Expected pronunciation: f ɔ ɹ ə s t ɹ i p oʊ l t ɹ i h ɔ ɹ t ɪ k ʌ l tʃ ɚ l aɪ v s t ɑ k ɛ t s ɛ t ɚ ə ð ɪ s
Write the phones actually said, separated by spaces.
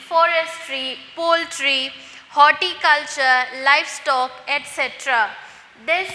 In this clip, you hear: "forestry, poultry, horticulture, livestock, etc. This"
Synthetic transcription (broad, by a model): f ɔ ɹ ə s t ɹ i p oʊ l t ɹ i h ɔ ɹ t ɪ k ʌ l tʃ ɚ l aɪ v s t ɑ k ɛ t s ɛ t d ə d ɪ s